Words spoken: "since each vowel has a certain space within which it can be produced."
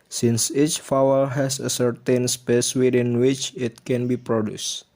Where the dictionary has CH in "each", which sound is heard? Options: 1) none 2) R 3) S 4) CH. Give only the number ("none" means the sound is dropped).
4